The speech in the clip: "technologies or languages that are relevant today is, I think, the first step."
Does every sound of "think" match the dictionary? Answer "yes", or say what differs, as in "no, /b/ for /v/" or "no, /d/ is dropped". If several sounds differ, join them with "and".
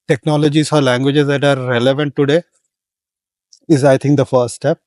no, /t/ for /θ/